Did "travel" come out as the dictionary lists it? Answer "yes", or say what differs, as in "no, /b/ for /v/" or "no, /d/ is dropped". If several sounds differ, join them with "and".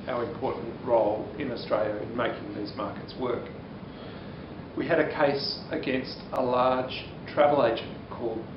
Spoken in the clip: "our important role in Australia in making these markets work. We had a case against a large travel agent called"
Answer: yes